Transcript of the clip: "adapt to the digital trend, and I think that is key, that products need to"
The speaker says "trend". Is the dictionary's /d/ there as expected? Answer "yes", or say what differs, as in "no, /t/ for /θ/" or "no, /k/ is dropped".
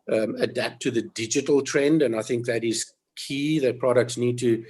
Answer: yes